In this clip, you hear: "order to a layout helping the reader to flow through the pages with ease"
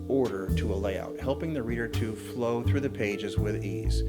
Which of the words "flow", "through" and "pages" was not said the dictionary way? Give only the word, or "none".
none